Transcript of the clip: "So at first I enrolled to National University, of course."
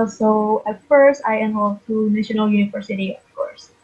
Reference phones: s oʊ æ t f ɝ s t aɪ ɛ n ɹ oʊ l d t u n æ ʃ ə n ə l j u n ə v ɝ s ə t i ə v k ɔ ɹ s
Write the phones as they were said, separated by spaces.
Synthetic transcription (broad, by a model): s oʊ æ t f ɝ s t aɪ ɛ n w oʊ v t u n æ ʃ ə n ə l j u n ə v ɝ s ə t i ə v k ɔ ɹ s